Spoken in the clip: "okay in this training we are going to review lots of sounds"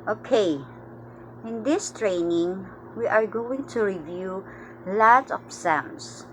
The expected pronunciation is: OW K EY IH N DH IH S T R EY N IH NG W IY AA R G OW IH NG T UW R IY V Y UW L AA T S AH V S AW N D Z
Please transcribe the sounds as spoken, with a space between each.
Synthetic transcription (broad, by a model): OW K EY IH N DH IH S T R EY N IH NG W IY AA R G OW IH NG T UW R IY V Y UW L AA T AH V S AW N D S